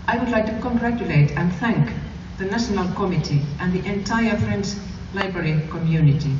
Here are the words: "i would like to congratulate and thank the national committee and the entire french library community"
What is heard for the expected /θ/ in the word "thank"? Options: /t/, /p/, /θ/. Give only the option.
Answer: /θ/